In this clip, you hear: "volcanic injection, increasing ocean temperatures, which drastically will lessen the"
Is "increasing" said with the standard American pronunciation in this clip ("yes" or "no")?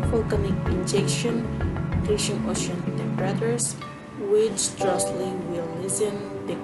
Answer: no